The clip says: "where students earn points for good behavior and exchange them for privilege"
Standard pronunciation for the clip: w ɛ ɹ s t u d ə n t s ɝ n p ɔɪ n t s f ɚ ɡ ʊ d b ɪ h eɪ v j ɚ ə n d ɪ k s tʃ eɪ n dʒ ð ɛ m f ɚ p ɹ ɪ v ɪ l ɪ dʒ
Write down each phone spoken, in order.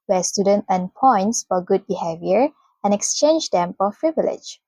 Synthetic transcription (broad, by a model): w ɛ s t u d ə n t ɝ n p ɔɪ n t s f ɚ ɡ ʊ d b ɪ h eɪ v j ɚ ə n ɪ k s tʃ eɪ n dʒ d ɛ m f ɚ p ɹ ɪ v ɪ l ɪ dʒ